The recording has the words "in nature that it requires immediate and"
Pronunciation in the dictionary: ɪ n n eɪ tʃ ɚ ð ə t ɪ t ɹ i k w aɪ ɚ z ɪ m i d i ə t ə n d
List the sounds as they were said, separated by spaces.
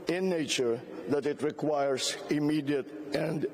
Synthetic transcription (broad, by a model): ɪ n n eɪ tʃ ɚ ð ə t ɪ t ɹ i k w aɪ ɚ s ɪ m i d i ə t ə n d